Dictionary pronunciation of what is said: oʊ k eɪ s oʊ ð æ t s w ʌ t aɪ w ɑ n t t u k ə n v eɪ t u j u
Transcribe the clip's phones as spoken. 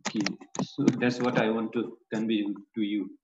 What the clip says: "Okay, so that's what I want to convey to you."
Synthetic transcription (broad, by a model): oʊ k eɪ s oʊ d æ t s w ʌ t aɪ w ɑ n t t u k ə n b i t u j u